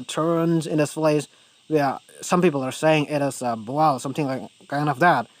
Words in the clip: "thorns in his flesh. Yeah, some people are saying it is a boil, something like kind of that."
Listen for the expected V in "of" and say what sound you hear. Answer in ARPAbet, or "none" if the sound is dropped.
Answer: F